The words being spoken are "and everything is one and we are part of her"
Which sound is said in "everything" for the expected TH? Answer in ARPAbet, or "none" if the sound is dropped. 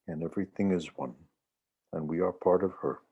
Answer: TH